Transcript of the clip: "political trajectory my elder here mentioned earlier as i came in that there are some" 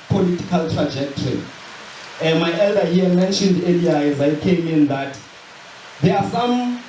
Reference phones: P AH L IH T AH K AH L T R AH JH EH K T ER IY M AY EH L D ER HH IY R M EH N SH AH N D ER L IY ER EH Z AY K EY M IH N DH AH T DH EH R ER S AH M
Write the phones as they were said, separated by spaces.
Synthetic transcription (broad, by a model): P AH L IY T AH K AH L T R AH JH EH K T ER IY M AY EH L D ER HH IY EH M EH N SH AH N D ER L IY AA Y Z AY K EY M IH N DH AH T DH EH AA S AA M